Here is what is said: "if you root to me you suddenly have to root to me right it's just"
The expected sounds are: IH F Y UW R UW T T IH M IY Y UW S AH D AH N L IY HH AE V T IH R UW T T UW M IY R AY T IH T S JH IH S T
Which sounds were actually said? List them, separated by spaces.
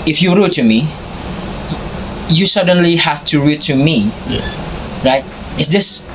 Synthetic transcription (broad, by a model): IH F Y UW R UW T T IH M IY Y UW S AH D AH N L IY HH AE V T IH R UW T T UW M IY R AY T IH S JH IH S